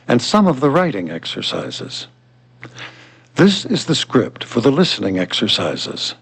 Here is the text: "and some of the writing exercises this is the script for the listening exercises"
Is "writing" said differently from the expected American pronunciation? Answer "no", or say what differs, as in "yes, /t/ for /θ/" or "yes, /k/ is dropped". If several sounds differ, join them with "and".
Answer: no